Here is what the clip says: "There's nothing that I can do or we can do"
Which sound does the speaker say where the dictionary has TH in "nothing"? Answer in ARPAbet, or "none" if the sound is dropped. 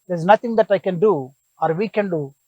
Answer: T